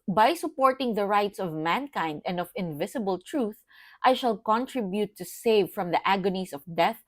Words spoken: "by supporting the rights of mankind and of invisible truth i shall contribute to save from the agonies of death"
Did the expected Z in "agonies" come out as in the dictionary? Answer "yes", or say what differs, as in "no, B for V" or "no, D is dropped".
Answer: no, S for Z